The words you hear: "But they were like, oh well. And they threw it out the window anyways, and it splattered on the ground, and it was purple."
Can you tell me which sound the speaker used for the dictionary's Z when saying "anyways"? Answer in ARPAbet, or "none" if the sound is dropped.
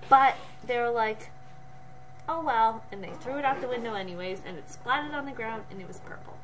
Z